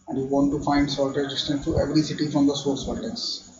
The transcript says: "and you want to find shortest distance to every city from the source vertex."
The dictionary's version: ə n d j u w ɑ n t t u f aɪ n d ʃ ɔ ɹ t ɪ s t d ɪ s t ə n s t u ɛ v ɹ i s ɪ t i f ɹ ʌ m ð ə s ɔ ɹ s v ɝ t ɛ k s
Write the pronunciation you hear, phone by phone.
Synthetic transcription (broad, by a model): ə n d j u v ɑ n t t u f aɪ n d s ɔ l t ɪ t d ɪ s t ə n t t u ɛ v ɹ i s ɪ t i f ɹ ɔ m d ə s ɔ ɹ s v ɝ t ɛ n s